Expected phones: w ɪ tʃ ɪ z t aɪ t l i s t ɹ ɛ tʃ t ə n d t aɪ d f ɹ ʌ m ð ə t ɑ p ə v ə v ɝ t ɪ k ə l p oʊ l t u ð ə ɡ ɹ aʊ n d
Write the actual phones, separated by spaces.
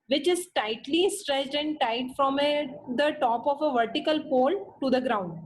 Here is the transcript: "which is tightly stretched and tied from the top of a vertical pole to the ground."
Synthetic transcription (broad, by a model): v ɪ tʃ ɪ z t aɪ t l i s t ɹ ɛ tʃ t ə n d t aɪ d f ɹ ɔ m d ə t ɑ p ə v ə v ɝ t ɪ k ə l p oʊ l t u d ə ɡ ɹ aʊ n d